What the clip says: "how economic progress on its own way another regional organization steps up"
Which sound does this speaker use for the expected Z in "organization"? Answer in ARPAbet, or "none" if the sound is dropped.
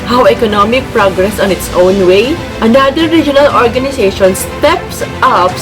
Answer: S